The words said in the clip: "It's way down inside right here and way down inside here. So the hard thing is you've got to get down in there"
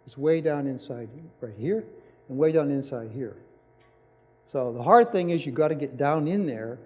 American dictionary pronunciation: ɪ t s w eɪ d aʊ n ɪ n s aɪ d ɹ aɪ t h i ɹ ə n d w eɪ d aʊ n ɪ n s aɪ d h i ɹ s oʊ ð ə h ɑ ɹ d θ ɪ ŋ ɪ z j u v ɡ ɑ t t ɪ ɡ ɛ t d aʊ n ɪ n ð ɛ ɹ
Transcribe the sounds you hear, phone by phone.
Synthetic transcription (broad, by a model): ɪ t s w eɪ d aʊ n ɪ n s aɪ d ɹ aɪ t h i ɹ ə n w eɪ d aʊ n ɪ n s aɪ d h i ɹ s oʊ ð ə h ɑ ɹ d θ ɪ ŋ ɪ z j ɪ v ɡ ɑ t t ɪ ɡ ɛ t d aʊ n ɪ n ð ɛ ɹ